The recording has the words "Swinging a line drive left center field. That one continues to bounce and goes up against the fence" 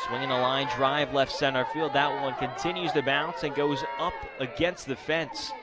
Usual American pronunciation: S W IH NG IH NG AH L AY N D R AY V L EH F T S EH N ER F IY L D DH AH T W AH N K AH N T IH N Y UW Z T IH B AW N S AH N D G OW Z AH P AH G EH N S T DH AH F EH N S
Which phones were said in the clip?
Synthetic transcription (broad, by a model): S W IH NG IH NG AH L AY N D R AY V L EH F T S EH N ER F IY L D DH AH T W AH N K AH N T IH N Y UW Z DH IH B AW N S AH N G OW Z AH P AH G EH N S T DH AH F EH N S